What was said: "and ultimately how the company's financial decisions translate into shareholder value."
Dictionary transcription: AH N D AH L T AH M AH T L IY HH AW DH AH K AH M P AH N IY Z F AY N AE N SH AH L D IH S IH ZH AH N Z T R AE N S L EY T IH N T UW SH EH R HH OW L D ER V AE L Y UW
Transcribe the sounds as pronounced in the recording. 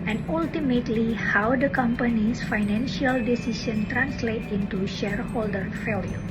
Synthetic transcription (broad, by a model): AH N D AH L T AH M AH T L IY HH AW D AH K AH M P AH N IY S F AY N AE N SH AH L D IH S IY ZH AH N T R AE N S L EY T IH N T UW SH EH R HH OW L D ER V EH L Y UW